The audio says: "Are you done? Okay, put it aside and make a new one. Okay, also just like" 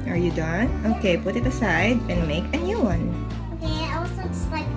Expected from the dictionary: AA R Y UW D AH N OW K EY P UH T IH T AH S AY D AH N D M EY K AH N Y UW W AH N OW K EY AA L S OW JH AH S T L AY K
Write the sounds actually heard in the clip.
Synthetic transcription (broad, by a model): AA R Y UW D AH N OW K EY P UH T IH T AH S AY D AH N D M EY K AH N Y UW W AH N OW K EY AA W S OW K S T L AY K